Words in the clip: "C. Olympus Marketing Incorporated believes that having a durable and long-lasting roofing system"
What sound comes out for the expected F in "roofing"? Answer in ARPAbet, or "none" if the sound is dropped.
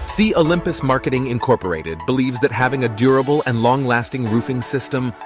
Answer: F